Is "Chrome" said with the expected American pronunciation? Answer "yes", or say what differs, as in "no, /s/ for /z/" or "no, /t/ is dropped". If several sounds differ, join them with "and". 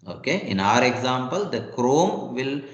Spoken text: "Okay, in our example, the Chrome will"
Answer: yes